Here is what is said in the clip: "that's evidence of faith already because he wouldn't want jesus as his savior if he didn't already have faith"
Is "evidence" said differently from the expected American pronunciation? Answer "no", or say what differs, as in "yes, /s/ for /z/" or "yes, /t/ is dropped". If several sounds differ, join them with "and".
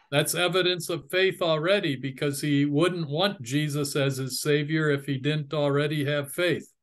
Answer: no